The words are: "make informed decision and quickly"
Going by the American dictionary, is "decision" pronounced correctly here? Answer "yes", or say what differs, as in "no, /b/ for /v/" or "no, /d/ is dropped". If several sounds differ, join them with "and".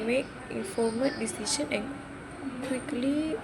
no, /s/ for /ʒ/